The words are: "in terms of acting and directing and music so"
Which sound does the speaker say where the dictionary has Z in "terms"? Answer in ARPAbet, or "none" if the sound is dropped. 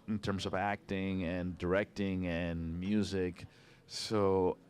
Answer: Z